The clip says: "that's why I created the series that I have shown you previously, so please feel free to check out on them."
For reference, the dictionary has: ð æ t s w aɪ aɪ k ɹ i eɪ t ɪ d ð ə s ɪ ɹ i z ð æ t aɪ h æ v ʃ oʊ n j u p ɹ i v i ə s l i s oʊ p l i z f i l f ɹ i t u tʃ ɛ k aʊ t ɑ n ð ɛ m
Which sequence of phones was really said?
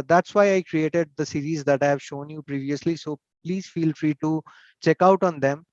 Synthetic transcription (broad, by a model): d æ t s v aɪ aɪ k ɹ i eɪ t ɪ d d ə s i ɹ i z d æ t aɪ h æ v ʃ oʊ n j u p ɹ i v i ə s l i s oʊ p l i z f i l f ɹ i t u tʃ ɛ k aʊ t ɑ n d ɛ m